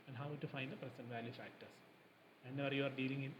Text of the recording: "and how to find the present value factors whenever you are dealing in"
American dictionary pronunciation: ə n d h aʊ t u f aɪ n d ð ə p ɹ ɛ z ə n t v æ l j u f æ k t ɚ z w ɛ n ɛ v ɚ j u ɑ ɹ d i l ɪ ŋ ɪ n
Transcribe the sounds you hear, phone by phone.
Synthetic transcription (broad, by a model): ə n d h aʊ t u f aɪ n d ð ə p ɹ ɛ s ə n v æ l j u f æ k t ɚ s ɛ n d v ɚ j u ɑ ɹ d i l ɪ ŋ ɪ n